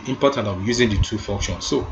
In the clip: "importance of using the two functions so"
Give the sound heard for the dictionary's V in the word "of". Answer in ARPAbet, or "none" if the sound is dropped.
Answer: W